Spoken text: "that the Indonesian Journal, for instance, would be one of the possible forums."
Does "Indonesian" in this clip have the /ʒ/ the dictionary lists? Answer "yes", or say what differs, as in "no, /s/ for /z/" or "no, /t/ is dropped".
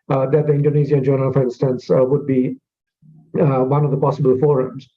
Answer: no, /z/ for /ʒ/